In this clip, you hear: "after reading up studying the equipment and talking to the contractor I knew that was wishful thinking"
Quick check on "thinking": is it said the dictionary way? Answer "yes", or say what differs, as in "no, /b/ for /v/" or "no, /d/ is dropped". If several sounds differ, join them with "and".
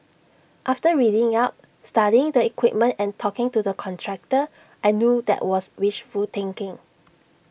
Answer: no, /t/ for /θ/